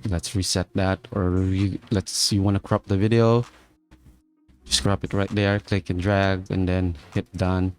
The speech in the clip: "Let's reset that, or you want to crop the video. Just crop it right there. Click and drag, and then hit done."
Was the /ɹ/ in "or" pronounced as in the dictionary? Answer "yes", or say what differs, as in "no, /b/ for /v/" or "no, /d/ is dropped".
no, /l/ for /ɹ/